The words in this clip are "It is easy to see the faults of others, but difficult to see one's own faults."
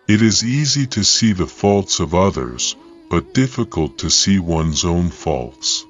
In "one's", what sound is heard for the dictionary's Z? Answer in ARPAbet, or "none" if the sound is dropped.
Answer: Z